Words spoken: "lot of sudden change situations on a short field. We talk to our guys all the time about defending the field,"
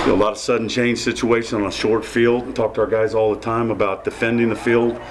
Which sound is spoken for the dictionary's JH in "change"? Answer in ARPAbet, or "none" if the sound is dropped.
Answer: ZH